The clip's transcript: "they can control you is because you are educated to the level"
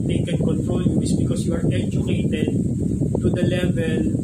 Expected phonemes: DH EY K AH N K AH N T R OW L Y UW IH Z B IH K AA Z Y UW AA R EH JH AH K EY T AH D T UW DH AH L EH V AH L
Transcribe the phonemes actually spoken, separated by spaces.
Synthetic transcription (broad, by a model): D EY K AH N K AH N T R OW N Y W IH S B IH K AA S Y UW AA R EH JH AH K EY T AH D T UW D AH L EH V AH L